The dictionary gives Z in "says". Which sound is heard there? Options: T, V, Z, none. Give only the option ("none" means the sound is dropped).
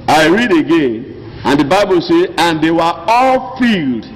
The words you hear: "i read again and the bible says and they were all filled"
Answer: none